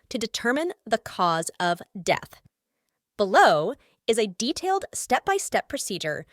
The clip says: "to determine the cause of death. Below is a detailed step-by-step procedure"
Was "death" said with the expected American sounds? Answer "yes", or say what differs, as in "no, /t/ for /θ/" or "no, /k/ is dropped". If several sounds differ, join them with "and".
yes